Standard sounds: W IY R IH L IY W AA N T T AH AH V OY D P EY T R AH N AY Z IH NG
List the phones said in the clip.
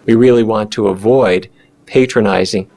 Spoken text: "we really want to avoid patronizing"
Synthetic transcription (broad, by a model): W IY R IH L IY W AA N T T AH AH V OY D P EY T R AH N AY Z IH NG